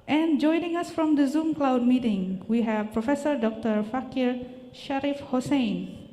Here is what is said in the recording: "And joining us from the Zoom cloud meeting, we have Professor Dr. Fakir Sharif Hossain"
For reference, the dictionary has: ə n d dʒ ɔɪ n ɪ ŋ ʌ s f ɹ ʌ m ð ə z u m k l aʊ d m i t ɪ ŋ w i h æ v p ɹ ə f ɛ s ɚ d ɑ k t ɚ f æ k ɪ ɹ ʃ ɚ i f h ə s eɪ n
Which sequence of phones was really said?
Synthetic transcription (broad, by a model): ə n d dʒ ɔɪ n ɪ ŋ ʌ s f ɹ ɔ m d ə z u m k l aʊ d m i t ɪ ŋ w i h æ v p ɹ ə f ɛ s ɚ d ɑ k t ɚ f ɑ k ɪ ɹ ʃ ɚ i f h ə s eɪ n